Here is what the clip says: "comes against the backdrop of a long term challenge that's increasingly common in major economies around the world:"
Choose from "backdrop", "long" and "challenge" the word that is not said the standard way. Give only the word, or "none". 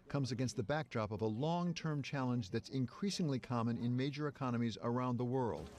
none